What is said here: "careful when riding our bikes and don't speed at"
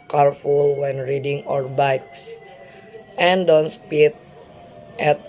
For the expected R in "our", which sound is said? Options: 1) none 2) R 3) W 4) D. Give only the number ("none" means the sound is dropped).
2